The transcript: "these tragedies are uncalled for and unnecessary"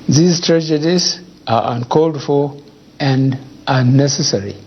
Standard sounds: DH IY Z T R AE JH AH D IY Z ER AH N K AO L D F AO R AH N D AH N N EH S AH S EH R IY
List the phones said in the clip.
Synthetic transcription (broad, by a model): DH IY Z T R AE JH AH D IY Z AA AH N K AO L D F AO L AH N D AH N N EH S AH S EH R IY